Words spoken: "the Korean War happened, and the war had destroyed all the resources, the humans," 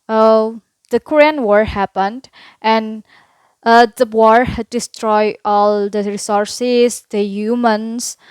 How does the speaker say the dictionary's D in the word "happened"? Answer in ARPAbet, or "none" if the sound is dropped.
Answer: D